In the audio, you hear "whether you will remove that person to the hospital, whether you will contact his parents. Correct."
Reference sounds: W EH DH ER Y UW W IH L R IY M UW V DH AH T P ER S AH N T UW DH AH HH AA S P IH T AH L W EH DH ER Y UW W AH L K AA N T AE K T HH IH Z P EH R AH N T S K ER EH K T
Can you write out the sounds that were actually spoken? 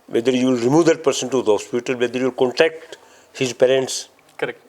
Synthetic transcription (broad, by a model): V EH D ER Y UW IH L R IY M UW V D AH T P ER S AH N T UW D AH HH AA S P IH T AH L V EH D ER Y UW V L K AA N T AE K T HH IH Z P EH R AH N T S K K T